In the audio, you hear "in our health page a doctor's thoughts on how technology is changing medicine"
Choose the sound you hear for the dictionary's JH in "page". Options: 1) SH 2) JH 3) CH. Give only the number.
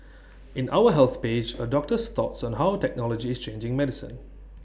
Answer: 2